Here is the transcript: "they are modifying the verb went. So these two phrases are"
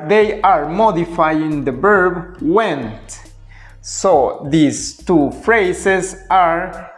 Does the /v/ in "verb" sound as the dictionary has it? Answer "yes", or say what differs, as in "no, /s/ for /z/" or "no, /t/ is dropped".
no, /b/ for /v/